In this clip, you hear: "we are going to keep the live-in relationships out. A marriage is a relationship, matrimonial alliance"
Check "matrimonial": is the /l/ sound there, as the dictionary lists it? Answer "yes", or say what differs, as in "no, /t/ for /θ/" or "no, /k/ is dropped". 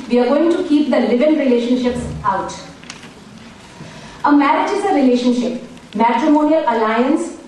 yes